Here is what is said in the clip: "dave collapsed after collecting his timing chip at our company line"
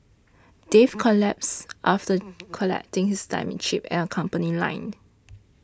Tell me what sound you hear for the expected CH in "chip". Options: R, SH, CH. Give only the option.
SH